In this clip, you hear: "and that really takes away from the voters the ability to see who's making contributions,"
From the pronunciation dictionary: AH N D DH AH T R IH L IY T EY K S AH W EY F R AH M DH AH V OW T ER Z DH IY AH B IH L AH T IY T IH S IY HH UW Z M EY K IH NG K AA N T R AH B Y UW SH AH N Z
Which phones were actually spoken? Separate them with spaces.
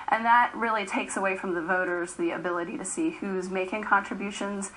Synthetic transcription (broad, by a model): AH N DH AH T R IH L IY T EY K S AH W EY F R AH M DH AH V OW T ER Z DH IY AH B IH L AH T IY T IH S IY HH UW Z M EY K IH NG K AA N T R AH B Y UW SH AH N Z